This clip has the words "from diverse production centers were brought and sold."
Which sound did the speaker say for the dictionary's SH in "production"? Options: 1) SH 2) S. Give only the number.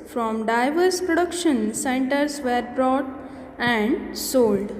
1